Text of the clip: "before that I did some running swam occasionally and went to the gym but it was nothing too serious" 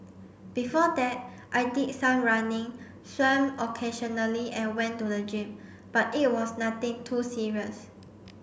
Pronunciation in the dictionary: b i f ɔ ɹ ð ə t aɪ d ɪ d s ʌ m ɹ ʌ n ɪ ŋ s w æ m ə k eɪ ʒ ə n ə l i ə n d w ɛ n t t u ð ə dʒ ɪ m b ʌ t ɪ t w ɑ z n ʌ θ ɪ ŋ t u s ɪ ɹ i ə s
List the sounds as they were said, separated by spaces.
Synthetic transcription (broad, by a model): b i f ɔ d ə t aɪ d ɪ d s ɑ m ɹ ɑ n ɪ ŋ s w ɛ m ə k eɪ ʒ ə n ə l i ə n w ɛ n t t u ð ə dʒ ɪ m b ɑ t ɪ t w ɑ s n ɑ t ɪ ŋ t u s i ɹ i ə s